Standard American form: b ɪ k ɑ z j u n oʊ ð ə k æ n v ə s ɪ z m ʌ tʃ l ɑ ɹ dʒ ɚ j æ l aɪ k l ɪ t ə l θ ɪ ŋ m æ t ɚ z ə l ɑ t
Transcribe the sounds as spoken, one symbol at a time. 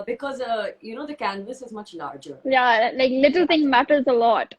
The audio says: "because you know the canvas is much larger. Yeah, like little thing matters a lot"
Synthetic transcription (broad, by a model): b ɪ k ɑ z j u n oʊ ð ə k æ n v ə s ɪ z m ʌ tʃ l ɑ ɹ dʒ ɚ j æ l aɪ k l ɪ t ə l t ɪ ŋ m æ t ɚ z ə l ɑ t